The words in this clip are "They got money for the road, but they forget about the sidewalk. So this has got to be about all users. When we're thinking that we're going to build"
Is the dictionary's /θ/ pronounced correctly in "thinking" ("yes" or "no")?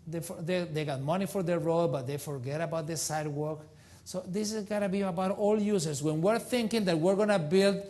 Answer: yes